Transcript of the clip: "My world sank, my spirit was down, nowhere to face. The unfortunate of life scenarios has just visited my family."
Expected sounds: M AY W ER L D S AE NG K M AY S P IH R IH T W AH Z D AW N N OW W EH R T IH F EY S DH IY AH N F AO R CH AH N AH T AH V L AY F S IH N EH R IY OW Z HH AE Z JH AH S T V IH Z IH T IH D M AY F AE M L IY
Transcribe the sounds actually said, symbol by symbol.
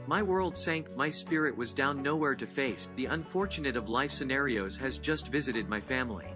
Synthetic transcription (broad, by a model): M AY W ER L D S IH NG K M AY S P IH R IH T W AH Z D AW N N OW W EH R T IH F EY S DH IY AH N F AO R CH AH N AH T AH V L AY F S IH N EH R IY OW Z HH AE Z JH AH S T V IH Z IH T IH D M AY F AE M L IY